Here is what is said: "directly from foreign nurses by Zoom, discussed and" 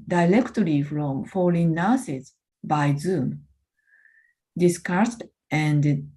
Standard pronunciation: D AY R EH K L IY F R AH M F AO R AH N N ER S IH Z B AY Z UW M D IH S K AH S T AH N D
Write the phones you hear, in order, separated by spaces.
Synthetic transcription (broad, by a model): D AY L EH K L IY F R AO M F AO L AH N N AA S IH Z B AY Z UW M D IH S K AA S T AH N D